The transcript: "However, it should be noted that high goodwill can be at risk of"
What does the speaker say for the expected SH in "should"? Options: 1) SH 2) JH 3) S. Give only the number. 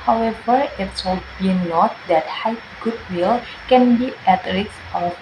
3